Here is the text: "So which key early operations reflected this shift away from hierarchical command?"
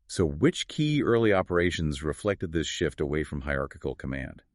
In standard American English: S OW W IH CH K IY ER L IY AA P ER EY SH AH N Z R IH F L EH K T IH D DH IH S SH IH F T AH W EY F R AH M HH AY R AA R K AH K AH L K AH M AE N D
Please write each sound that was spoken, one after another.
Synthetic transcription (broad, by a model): S OW W IH CH K IY ER L IY AA P ER EY SH AH N Z R IH F L EH K T IH D DH IH S SH IH F T AH W EY F R AH M HH AY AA R K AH K L K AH M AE N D